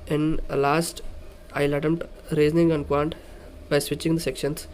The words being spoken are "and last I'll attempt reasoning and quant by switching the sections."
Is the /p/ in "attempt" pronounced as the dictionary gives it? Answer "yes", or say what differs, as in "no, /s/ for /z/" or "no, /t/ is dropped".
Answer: no, /p/ is dropped